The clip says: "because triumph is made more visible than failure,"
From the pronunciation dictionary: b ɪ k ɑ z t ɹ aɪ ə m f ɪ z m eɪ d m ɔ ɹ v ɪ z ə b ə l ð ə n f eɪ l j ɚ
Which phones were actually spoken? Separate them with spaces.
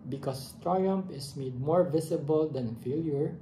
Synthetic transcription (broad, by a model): b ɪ k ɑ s t ɹ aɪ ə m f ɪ s m eɪ d m ɔ ɹ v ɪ s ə b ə l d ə n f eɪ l j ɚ